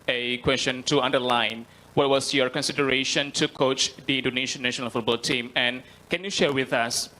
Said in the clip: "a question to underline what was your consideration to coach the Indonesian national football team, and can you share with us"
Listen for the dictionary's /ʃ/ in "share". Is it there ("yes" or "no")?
yes